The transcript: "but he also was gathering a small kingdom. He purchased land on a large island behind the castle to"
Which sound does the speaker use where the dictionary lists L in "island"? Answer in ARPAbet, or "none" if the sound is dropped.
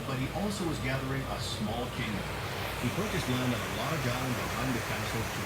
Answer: none